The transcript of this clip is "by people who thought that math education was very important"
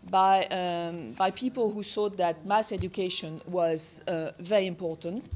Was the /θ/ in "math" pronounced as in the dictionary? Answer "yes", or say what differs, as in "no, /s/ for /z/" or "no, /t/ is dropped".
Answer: no, /s/ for /θ/